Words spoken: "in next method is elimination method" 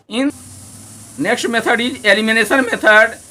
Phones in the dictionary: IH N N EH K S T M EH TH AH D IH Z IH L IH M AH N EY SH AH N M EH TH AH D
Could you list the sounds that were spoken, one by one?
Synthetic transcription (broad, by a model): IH N N EH K S T M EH T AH D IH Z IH L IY M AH N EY S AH N M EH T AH D